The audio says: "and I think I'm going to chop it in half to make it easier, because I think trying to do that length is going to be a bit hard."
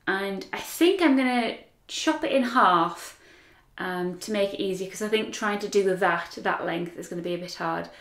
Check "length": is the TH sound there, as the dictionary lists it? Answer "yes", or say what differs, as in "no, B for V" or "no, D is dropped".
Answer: yes